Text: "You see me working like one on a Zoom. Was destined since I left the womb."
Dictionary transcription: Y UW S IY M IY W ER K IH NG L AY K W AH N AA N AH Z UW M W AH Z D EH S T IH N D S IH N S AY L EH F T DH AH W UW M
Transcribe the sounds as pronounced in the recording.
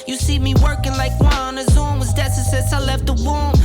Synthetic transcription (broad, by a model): Y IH S IY M IY W ER K IH NG L AY K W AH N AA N AH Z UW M W AH Z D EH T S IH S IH S AY L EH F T DH AH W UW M